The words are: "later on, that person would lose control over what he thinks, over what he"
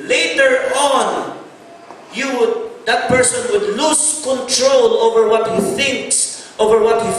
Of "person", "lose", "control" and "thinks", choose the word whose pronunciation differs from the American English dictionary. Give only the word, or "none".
lose